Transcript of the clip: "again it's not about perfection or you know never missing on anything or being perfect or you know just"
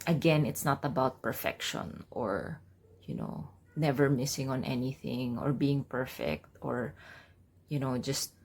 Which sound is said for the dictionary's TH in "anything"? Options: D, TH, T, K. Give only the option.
TH